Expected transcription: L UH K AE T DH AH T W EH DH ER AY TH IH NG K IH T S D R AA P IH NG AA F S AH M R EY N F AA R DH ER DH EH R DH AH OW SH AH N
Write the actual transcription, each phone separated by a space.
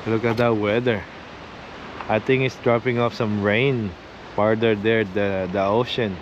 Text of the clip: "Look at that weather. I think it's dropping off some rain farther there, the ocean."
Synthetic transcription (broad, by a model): L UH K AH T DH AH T W EH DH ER AY T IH NG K IH T S D R AA P IH NG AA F S AH M R EY N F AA R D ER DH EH R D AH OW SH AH N